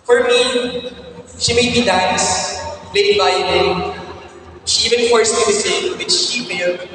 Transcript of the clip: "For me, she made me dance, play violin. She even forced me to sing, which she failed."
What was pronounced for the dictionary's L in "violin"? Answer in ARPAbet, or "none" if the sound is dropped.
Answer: N